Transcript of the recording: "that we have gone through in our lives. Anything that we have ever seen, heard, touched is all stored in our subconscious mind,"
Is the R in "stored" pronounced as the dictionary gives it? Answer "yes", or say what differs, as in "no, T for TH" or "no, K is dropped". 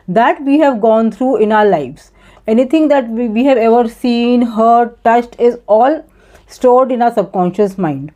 yes